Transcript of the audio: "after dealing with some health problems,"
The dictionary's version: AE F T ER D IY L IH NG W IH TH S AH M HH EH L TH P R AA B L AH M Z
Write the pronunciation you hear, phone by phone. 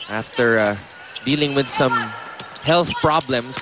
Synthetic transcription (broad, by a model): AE F T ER D IY L IH NG W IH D S AH M HH EH L TH P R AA B L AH M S